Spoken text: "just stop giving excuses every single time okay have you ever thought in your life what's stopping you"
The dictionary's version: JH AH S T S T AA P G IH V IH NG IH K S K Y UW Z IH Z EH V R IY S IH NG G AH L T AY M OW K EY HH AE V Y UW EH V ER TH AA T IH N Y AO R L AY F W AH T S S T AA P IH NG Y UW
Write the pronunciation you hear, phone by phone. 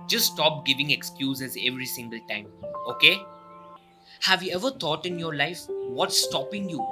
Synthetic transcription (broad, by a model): JH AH S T S T AA P G IH V IH NG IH K S K Y UW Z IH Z EH V R IY S IH NG G AH L T AY M OW K EY HH AE V Y UW EH V ER T AA T IH N Y AO R L AY F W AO T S S T AA P IH NG Y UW